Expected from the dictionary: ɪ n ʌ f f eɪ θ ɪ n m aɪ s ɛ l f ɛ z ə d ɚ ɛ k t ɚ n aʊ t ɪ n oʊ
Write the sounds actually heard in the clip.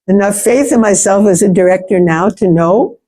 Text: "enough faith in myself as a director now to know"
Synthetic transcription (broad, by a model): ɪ n ʌ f f eɪ θ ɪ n m aɪ s ɛ l f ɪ z ə d ɚ ɛ k t ɚ n aʊ t ɪ n oʊ